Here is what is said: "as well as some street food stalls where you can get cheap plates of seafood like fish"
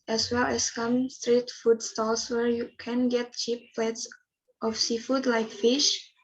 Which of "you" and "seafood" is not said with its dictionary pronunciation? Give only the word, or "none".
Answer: none